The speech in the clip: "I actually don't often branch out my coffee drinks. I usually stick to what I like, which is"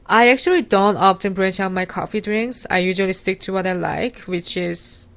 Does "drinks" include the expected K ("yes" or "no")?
yes